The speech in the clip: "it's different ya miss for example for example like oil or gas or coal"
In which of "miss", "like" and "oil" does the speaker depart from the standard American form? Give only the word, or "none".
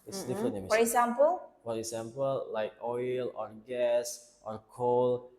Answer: miss